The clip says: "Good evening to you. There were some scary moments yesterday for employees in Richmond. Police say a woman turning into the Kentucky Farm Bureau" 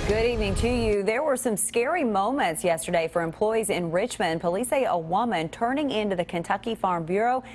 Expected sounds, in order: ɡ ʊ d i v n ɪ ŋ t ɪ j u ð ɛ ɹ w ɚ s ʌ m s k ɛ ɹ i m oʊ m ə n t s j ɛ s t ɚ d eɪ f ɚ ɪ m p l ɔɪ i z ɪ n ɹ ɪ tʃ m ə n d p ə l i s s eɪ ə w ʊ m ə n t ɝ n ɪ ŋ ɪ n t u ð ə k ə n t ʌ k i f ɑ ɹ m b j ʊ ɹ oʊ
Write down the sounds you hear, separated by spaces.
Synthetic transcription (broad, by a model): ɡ ʊ d i v n ɪ ŋ t ɪ j u ð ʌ ɹ w ɚ s ʌ m s k ɛ ɹ i m oʊ m ə n t s j ɛ s t ɚ d eɪ f ɚ ɪ m p l ɔɪ i z ɪ n ɹ ɪ tʃ m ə n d p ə l i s s eɪ ə w ʊ m ə n t ɝ n ɪ ŋ ɪ n t u ð ə k ə n t ʌ k i f ɑ ɹ m b j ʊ ɹ oʊ